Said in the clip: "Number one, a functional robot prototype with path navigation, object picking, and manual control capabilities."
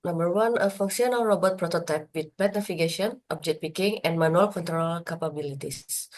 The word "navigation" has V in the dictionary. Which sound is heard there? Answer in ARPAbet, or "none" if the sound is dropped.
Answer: F